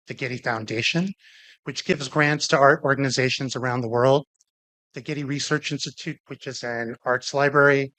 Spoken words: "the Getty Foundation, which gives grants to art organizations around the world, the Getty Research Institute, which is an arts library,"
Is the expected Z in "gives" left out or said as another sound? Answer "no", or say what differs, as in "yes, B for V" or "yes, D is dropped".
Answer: no